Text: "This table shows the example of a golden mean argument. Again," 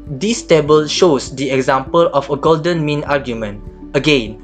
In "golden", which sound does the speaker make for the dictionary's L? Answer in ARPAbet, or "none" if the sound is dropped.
L